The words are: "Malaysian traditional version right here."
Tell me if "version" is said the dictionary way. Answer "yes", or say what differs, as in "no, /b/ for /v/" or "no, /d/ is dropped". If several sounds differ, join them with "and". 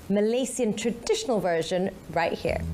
yes